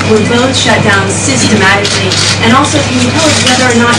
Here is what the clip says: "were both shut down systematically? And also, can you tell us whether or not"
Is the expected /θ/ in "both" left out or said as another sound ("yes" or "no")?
no